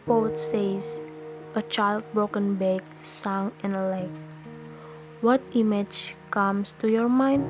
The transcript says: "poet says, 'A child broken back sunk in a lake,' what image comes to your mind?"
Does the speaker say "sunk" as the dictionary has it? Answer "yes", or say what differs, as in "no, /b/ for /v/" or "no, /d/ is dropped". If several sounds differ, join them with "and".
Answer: no, /k/ is dropped